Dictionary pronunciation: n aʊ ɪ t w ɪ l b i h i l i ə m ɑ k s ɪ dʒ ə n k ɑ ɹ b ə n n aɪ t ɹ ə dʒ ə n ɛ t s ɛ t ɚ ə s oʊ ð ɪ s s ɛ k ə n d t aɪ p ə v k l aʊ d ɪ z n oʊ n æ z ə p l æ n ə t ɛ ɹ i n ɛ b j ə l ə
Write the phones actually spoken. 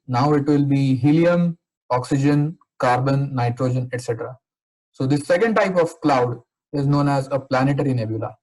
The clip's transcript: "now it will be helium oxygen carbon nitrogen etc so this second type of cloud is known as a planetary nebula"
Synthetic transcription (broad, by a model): n aʊ ɪ t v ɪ l b i h i l i ə m ɑ k s ɪ dʒ ə n k ɑ ɹ b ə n n aɪ t ɹ ə dʒ ə n ɛ t s ɛ t ɚ ə s oʊ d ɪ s s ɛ k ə n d t aɪ p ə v k l aʊ d ɪ z n oʊ n æ z ə p l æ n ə t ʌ ɹ i n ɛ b j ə l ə